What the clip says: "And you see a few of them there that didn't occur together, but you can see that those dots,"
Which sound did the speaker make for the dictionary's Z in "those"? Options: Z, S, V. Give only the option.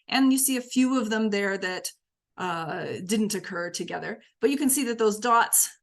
Z